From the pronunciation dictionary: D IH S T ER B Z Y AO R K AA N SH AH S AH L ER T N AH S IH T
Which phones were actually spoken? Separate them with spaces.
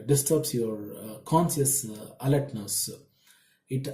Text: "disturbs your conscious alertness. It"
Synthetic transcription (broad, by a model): D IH S T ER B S Y AO R K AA N S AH S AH L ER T N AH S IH T